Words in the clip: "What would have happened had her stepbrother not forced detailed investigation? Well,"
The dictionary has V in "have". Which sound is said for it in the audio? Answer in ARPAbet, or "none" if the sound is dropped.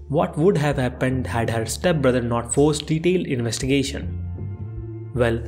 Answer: V